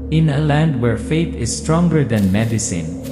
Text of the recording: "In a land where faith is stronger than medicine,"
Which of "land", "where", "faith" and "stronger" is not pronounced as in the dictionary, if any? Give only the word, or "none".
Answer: faith